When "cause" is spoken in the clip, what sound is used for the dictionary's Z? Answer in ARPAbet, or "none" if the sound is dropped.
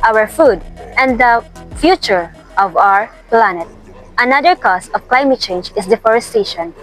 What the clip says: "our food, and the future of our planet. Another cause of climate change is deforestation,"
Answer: S